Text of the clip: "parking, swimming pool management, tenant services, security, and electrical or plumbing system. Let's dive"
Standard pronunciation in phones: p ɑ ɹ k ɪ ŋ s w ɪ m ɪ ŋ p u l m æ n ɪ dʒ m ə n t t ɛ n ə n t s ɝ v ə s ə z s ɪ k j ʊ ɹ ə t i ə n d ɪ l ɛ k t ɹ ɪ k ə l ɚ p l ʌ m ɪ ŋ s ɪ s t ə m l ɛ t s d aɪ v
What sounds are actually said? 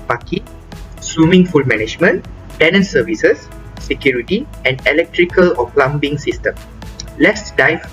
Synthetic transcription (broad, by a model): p ɑ k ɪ s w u m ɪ ŋ f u l m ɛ n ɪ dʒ m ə n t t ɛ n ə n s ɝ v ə s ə s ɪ k j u ɹ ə t i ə n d ɪ l ɛ k t ɹ ɪ k ə l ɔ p l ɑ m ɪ ŋ s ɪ s t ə m l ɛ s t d aɪ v